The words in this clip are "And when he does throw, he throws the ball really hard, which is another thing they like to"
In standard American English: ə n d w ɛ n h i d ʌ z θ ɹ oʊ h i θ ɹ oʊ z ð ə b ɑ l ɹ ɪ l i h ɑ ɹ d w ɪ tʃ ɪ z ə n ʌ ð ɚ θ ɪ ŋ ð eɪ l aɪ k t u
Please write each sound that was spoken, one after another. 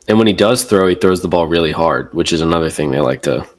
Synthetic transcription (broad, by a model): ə n w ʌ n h i d ʌ z θ ɹ oʊ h i θ ɹ oʊ z ð ə b ɑ l ɹ ɪ l i h ɑ ɹ d w ɪ tʃ ɪ z ə n ʌ ð ɚ θ ɪ ŋ ð eɪ l aɪ k t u